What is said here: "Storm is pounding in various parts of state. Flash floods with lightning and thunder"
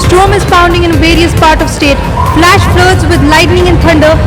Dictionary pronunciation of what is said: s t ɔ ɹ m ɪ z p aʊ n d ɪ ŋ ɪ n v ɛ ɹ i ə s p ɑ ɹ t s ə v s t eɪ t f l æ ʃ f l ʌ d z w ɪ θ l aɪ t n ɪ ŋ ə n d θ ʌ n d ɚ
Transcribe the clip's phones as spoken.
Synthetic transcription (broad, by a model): s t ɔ m ɪ z f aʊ n d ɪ ŋ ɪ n v ɛ ɹ i ə s p ɑ ɹ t ə v s t eɪ t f l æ ʃ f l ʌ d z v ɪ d l aɪ t n ɪ ŋ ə n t ʌ n d ɚ